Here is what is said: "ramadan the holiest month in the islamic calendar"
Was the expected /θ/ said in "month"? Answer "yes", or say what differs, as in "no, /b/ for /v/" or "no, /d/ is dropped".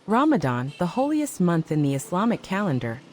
yes